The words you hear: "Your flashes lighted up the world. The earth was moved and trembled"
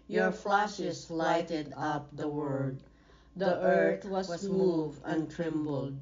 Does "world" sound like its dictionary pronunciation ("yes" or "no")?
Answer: no